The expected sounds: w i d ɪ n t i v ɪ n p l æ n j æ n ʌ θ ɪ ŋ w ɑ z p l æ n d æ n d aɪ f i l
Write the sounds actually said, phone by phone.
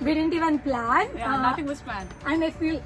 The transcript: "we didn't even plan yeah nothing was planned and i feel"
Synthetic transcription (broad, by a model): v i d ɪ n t i v ɪ n p l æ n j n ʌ t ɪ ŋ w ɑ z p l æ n æ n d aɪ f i l